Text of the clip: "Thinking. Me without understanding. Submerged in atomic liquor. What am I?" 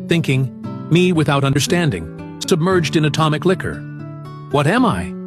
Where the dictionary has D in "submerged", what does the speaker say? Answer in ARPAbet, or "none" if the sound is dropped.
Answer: D